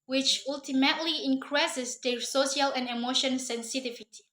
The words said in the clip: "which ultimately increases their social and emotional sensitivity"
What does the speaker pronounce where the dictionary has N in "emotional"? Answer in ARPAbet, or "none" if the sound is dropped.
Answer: none